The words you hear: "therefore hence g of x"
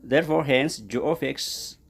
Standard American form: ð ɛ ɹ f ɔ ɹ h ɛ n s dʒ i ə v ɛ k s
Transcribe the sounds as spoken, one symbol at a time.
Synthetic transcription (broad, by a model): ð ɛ ɹ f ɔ ɹ h ɛ n s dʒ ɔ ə f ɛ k s